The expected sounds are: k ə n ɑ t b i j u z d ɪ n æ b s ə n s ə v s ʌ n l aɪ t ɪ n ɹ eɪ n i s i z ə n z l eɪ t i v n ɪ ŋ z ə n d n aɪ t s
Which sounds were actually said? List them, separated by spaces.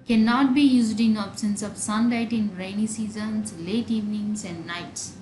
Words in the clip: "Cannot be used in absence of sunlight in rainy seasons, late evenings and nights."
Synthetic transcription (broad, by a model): k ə n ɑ t b i j u z d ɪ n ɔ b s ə n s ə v s ʌ n l aɪ t ɪ n ɹ eɪ n i s i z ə n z l eɪ t i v n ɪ ŋ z ə n d n aɪ t s